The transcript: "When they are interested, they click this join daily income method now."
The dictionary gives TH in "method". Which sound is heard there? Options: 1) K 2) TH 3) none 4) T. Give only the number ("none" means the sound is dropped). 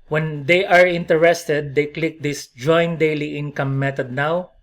4